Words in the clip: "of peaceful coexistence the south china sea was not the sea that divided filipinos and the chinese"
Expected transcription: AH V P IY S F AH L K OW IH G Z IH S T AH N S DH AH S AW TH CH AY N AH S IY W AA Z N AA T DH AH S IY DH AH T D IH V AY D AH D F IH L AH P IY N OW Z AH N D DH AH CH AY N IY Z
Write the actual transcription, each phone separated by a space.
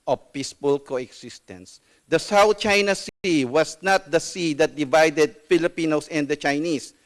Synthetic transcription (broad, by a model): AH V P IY S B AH L K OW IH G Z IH S T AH N S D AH S AW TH CH AY N AH S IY W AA S N AA T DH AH S IY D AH T D IH V AY D AH D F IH L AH P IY N OW S AH N D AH CH AY N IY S